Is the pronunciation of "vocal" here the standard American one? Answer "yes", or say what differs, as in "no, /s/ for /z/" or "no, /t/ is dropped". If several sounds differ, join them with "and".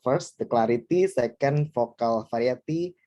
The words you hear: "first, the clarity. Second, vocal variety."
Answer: no, /f/ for /v/